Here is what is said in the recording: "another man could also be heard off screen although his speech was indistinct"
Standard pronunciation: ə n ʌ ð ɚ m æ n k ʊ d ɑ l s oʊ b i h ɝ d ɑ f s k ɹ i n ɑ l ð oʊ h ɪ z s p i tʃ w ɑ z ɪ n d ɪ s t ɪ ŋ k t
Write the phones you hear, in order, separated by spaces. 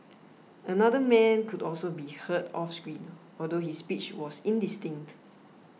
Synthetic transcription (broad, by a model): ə n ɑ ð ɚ m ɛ n k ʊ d ɑ l s oʊ b i h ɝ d ɑ f s k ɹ i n ɑ l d oʊ h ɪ s p i tʃ w ɑ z ɪ n d ɪ s t ɪ ŋ k t